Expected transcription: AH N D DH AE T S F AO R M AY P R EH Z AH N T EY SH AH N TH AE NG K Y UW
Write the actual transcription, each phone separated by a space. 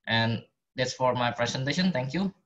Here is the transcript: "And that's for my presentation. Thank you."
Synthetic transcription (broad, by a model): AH N D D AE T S F AO R M AY P R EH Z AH N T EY SH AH N T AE NG K Y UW